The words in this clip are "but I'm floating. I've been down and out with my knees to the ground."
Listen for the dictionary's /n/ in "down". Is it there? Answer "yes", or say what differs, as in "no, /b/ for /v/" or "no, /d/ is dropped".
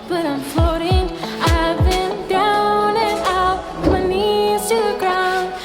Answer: no, /n/ is dropped